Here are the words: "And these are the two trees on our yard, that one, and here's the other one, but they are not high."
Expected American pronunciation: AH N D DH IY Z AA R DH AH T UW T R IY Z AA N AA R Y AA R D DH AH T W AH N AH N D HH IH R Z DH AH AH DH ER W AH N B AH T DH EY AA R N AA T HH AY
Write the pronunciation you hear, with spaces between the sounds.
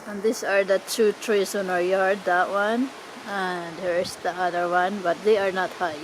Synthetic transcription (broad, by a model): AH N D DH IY S AA R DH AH T UW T R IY S AA N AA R Y AA R D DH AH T W AH N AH N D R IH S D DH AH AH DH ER W AH N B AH T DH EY AA R N AA T HH AY